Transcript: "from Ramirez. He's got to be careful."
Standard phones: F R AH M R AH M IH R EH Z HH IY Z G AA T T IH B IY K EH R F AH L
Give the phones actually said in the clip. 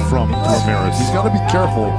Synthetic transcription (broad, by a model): F R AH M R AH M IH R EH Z HH IY Z G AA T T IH B IY K EH R F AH L